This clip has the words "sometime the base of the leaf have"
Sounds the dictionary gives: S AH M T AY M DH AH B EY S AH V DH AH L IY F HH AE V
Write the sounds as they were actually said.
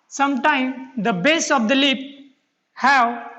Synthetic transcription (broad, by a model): S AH M T AY M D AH B EY S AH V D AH L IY P HH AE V